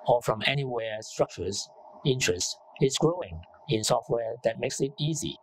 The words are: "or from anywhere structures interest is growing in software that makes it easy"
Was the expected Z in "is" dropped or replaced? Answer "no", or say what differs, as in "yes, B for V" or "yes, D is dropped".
yes, S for Z